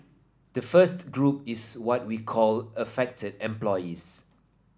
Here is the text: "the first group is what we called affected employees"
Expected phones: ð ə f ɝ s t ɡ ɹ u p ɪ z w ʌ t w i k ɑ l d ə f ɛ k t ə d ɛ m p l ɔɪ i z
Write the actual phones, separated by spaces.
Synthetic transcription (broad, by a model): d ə f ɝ s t ɡ ɹ u p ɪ s w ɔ t w i k ɑ l ə f ɛ k t ə d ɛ m p l ɔɪ i s